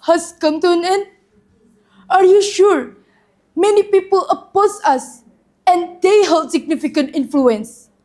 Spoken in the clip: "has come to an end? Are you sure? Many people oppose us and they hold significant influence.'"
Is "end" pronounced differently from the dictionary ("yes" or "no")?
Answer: yes